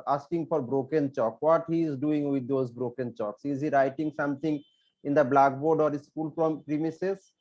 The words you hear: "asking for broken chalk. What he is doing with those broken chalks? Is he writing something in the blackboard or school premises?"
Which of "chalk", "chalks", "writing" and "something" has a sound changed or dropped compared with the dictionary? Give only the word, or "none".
something